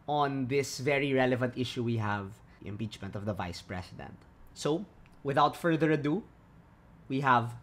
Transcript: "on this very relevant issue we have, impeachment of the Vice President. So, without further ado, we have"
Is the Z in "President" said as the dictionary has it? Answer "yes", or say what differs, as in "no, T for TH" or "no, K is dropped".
no, S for Z